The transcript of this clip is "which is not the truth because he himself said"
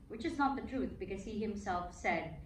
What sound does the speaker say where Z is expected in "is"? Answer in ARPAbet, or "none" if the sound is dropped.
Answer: Z